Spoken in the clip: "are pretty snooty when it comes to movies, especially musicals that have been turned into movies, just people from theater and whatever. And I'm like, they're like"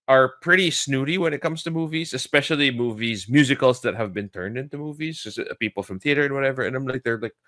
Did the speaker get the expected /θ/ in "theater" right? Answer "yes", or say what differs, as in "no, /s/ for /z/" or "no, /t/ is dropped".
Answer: yes